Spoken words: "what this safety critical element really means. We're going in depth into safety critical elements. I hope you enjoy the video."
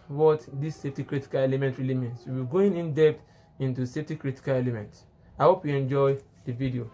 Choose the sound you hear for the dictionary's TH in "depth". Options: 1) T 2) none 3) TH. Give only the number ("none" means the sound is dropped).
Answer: 1